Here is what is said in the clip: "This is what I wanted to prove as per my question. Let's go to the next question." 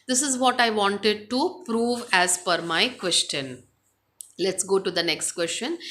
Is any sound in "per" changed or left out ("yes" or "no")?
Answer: yes